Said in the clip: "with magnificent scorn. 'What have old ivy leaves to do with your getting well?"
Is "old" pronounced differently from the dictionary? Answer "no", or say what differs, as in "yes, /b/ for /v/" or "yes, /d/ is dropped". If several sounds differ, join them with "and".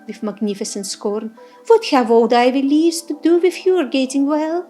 yes, /l/ is dropped